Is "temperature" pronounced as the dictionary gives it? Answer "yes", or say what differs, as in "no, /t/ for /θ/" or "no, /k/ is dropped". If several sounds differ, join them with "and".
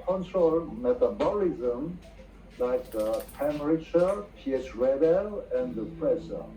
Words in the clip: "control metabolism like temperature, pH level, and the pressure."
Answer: no, /p/ is dropped